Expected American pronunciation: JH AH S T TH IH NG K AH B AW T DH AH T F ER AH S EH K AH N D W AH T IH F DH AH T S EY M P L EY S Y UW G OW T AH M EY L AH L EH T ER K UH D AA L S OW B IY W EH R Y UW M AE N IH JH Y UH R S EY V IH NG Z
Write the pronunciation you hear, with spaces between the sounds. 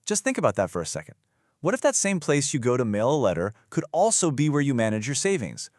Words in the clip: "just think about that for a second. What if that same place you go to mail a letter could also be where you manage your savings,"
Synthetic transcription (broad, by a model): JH AH S T TH IH NG K AH B AW T DH AH T F ER AH S EH K AH N D W AH T IH F DH AH T S EY M P L EY S Y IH G OW T AH M EY L AH L EH T ER K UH D AA L S OW B IY W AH R Y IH M AE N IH JH Y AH R S EY V IH NG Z